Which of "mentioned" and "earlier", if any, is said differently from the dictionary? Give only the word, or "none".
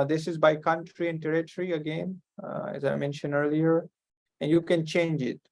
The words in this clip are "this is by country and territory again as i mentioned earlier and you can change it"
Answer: none